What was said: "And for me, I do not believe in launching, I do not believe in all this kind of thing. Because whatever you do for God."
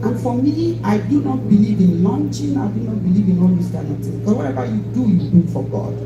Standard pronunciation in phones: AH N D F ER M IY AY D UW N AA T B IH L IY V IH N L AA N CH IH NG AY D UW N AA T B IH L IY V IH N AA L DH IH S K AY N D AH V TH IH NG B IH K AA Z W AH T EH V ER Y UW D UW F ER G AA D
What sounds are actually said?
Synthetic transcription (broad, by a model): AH N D F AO M IY AY D UW N AA T B IH L IY V IH N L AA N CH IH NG AY D UW N AA T B IH L IY V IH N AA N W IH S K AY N AH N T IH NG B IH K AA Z W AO T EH V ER Y UW D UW F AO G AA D